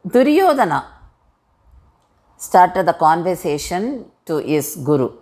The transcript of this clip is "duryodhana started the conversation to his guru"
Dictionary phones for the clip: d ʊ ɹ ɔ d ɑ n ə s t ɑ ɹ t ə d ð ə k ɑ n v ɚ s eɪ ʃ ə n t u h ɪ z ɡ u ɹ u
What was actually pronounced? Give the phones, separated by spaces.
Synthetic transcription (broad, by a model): d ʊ ɹ ɔ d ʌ n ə s t ɑ ɹ t ə d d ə k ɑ n v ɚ s eɪ ʃ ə n t u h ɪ s ɡ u ɹ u